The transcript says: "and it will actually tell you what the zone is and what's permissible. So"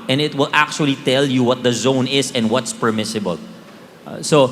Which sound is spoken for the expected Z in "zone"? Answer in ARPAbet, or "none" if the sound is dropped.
Z